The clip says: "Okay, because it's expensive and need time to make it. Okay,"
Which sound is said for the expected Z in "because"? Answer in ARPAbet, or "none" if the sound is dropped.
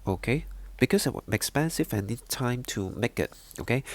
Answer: S